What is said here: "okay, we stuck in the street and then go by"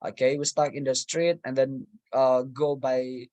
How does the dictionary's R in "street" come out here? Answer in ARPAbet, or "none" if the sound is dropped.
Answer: R